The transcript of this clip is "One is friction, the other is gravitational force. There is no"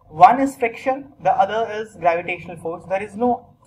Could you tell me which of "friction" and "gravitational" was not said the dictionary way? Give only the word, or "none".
friction